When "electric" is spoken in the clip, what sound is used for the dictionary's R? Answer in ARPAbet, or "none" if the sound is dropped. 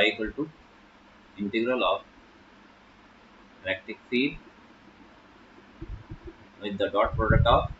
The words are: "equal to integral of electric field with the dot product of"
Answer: none